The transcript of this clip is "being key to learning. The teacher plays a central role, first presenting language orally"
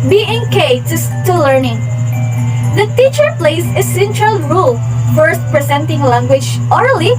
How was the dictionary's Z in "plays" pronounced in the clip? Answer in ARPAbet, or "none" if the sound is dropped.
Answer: S